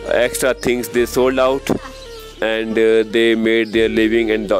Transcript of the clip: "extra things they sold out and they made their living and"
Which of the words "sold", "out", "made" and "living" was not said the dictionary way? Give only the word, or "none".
none